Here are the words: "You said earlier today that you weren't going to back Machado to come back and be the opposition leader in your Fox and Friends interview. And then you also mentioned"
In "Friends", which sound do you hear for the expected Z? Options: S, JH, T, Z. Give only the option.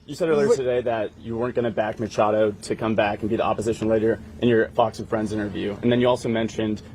Z